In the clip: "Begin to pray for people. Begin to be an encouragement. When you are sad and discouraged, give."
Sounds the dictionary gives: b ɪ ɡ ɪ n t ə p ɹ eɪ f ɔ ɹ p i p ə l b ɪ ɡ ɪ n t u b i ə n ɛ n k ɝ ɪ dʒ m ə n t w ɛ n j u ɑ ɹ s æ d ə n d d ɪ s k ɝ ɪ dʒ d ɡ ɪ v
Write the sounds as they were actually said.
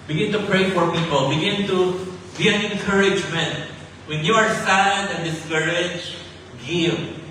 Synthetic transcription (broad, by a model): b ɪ ɡ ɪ n t ə p ɹ eɪ f ɔ ɹ p i p ə l b ɪ ɡ ɪ n t u b i ə n ɛ n k ɝ ɪ dʒ m ə n t w ɛ n j u ɑ ɹ s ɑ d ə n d d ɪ s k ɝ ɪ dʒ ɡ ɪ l